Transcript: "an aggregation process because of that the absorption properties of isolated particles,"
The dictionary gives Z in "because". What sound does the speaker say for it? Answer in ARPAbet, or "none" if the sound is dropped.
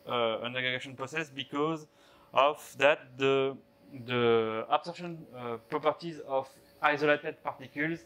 Z